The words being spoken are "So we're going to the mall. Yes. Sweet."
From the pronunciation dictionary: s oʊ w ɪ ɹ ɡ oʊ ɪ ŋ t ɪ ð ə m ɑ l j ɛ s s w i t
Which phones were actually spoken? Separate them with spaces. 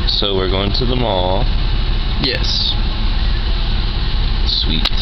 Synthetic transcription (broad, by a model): s oʊ w ɪ ɹ ɡ oʊ ɪ ŋ t ɪ ð ə m ɑ l j ɛ s s w i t